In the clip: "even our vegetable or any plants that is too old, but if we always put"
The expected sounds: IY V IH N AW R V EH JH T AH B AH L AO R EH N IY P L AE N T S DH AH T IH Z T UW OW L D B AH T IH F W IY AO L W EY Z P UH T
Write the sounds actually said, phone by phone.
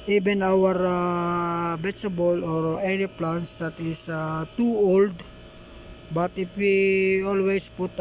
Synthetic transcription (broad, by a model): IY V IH N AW R B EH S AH B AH L AO R EH N IY P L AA N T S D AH T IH S T UW OW L D B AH T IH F W IY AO L W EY S P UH T